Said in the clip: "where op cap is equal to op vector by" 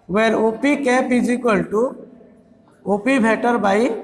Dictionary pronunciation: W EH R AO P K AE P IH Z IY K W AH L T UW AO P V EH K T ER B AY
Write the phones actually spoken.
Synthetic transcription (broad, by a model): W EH R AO P K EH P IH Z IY K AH L T UW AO P B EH T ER B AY